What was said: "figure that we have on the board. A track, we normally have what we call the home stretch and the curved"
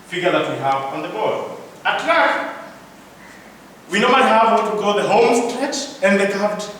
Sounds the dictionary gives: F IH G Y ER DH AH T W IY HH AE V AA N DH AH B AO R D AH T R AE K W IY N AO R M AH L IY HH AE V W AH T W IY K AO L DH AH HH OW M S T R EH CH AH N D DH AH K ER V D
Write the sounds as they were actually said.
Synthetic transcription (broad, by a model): F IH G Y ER DH AH T W IY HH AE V AA N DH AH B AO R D AH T L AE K W IY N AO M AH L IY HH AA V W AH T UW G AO DH AH HH OW M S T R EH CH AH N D DH AH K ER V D